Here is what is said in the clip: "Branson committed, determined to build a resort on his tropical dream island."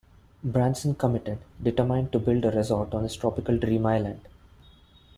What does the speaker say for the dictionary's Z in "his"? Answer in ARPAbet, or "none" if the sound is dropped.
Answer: S